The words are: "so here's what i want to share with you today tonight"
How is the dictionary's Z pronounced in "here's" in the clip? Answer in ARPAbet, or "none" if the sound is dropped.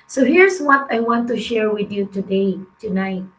S